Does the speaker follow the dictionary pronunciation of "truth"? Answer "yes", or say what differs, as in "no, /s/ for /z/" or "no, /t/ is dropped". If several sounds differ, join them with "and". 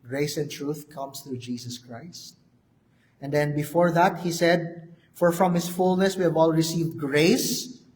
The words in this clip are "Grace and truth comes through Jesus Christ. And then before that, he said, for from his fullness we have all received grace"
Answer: yes